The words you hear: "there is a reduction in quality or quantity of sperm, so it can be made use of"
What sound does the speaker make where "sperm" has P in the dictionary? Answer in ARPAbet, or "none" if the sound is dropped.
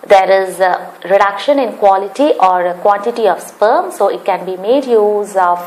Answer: P